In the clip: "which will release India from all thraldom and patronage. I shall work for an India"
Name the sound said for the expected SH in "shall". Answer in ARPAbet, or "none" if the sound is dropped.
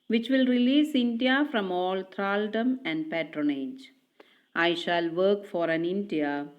SH